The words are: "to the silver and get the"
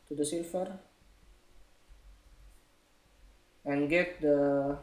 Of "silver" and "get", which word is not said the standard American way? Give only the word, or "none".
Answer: silver